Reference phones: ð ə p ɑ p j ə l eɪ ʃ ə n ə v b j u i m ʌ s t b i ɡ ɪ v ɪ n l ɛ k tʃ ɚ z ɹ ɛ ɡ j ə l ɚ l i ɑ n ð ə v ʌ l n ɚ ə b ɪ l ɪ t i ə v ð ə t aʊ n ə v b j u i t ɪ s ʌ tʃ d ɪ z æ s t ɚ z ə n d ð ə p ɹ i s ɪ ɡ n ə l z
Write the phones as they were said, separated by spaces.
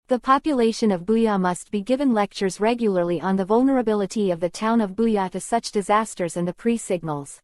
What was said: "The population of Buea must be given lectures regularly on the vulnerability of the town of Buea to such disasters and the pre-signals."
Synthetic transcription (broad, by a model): ð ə p ɑ p j ə l eɪ ʃ ə n ə v b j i m ʌ s t b i ɡ ɪ v ɪ n l ɛ k tʃ ɚ z ɹ ɛ ɡ j l ɚ l i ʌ n ð ə v ʌ l n ɚ ə b ɪ l ɪ t i ə v ð ə t aʊ n ə v b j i t ɪ s ʌ tʃ d ɪ z æ s t ɚ z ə n ð ə p ɹ i s ɪ ɡ n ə l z